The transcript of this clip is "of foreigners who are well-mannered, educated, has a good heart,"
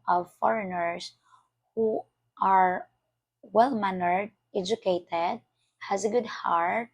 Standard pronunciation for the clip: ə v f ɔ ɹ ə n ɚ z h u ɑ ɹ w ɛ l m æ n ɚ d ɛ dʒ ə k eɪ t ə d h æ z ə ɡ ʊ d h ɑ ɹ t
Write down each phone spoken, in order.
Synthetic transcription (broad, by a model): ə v f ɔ ɹ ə n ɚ s h u ɑ ɹ w ɛ l m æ n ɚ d ɛ dʒ ə k eɪ t ə d h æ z ə ɡ ʊ d h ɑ ɹ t